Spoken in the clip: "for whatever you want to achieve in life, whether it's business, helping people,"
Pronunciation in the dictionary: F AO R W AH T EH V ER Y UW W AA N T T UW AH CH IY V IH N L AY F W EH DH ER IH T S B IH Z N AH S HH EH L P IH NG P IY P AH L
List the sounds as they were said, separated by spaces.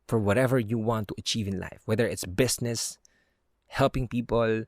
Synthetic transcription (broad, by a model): F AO R W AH T EH V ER Y UW W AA N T T UW AH CH IY V IH N L AY F W EH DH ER IH T S B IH S N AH S HH EH L P IH NG P IY P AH L